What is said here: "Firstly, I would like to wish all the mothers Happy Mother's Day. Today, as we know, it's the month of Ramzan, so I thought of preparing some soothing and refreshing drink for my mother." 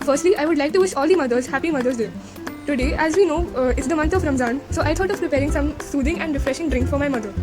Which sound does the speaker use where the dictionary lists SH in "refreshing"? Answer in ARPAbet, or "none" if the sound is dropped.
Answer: SH